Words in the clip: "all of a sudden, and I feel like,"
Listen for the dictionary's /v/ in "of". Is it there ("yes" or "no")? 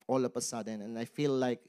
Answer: no